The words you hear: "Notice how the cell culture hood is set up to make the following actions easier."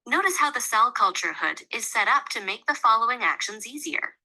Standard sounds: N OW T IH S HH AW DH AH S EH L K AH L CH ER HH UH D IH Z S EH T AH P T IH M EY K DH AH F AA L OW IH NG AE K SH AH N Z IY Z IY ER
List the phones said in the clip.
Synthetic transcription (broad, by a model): N OW T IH S HH AW DH AH S EH L K AH L CH ER HH UH D IH Z S EH T AH P T IH M EY K DH AH F AA L OW IH NG AE K SH AH N Z IY Z IY ER